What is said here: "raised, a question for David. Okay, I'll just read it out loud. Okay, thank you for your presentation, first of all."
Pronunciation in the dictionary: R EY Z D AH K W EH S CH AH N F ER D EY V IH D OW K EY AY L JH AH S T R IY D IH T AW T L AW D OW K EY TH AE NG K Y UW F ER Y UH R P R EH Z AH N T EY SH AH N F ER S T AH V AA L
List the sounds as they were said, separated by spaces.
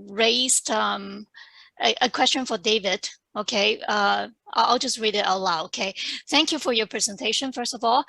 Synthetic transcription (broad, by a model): R EY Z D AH K W EH S CH AH N F ER D EY V IH D OW K EY AY L JH AH S T R IY D IH T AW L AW OW K EY TH AE NG K Y UW F ER Y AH R P R EH Z AH N T EY SH AH N F ER S T AH V AA L